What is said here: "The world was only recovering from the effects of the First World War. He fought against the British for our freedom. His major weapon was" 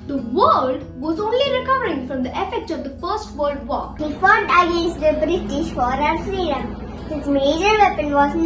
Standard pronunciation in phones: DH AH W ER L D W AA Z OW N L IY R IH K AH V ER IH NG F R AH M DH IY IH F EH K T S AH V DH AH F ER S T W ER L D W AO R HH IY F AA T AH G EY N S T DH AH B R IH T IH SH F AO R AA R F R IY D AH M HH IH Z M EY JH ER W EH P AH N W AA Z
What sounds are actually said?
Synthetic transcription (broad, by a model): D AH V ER L D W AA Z OW N L IY R IH K AH V ER IH NG F R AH M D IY IH F EH K T S AH V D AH F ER S T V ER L D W AO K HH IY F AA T AH G EY N S T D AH B R IH T IH SH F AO R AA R F R IY D AH M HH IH S M EY JH ER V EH P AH N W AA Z